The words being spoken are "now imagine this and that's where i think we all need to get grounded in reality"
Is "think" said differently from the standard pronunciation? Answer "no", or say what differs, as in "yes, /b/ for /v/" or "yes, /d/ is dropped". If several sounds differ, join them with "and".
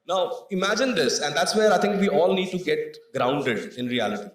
yes, /t/ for /θ/